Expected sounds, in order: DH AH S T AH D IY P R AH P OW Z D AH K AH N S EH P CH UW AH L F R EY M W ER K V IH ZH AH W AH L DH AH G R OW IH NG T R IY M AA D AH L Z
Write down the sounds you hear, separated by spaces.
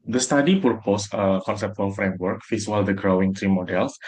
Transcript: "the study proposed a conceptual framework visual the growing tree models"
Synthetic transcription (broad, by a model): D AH S T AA D IY P R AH P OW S AH K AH N S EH P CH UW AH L F R EY M W ER K F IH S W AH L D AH G R OW IH NG T R IY M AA D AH L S